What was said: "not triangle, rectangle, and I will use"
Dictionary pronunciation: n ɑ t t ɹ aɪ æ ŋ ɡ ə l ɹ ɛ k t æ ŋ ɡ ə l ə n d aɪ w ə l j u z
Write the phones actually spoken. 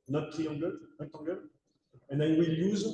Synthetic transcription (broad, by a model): n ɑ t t i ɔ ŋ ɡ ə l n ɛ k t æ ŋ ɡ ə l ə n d aɪ w ə l j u z